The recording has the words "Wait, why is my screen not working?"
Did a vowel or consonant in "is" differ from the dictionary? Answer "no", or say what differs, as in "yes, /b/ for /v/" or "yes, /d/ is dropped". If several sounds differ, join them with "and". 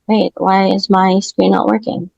no